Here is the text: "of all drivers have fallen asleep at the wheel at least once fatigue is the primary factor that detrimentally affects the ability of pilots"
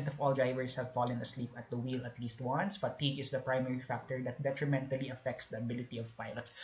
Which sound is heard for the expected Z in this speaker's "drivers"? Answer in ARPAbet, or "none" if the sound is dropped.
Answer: S